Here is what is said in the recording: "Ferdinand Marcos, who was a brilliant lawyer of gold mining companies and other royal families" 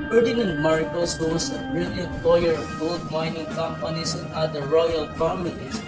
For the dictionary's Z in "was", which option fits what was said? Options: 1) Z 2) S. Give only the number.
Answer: 2